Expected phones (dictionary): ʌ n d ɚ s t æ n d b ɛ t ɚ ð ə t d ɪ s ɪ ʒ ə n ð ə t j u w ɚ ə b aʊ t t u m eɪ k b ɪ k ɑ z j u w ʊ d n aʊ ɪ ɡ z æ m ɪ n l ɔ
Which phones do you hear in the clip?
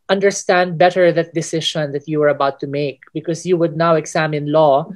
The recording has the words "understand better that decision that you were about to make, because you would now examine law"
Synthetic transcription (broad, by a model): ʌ n d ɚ s t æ n d b ɛ t ɚ ð ə t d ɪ s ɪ ʃ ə n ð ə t j u w ɚ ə b aʊ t t u m eɪ k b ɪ k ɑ s j u w ʊ d n aʊ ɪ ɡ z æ m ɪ n l ɔ